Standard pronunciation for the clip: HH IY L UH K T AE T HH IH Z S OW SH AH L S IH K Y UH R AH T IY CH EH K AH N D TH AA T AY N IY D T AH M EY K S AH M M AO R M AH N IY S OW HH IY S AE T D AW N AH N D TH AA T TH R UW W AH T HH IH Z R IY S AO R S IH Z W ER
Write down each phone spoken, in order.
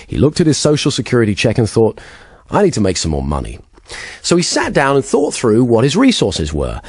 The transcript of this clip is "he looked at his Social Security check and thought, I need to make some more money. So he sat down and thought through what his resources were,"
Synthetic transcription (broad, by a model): HH IY L UH K T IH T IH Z S OW SH L S IH K Y UH R AH T IY CH EH K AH N TH AA T AY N IY D T AH M EY K S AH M M AO R M AH N IY S OW IY S AE T D AW N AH N TH AA T TH R UW W AH T HH IH Z R IY S AO R S IH Z W ER